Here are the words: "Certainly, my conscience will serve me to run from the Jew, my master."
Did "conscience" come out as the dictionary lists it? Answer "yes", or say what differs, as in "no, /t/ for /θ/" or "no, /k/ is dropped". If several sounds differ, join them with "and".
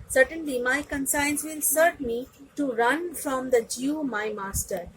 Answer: no, /s/ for /ʃ/